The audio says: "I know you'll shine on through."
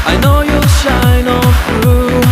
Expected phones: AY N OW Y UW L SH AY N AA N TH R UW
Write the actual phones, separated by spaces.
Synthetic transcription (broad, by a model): AY N OW Y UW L SH AY N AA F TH R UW